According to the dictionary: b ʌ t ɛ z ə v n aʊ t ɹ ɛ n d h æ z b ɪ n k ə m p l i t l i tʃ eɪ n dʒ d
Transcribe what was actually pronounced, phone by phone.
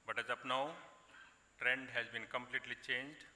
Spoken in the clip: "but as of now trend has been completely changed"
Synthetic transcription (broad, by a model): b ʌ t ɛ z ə p n aʊ t ɹ ɛ n d h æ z b ɪ n k ə m p l i t l i tʃ eɪ n dʒ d